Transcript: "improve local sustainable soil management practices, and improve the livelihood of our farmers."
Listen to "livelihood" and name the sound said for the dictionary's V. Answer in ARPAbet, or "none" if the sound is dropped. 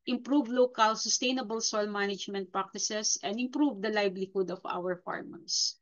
B